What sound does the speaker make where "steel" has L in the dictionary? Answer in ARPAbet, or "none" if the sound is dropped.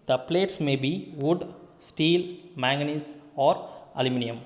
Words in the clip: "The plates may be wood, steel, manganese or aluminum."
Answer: L